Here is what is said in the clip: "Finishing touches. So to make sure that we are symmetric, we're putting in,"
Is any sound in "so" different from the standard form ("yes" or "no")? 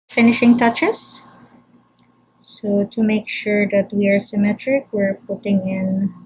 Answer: no